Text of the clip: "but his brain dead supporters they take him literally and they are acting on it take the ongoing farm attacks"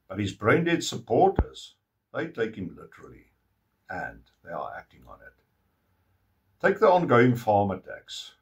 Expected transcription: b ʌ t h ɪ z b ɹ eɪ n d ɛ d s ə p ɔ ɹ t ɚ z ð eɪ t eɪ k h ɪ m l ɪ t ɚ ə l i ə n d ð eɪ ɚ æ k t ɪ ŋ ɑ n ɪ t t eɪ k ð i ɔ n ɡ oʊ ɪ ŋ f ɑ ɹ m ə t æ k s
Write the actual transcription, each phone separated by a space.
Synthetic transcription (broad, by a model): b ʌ t h ɪ z b ɹ eɪ n d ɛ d s ə p ɔ ɹ t ɚ z ð eɪ t eɪ k h ɪ m l ɪ t ɚ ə l i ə n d ð eɪ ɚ æ k t ɪ ŋ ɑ n ɪ t t eɪ k ð i ɔ n ɡ oʊ ɪ ŋ f ɑ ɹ m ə t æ k s